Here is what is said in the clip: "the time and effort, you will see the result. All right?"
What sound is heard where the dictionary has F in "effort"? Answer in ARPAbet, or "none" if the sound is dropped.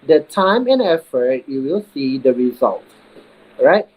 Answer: F